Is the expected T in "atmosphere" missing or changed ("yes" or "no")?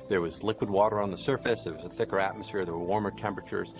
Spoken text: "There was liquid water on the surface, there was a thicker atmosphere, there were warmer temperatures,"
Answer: no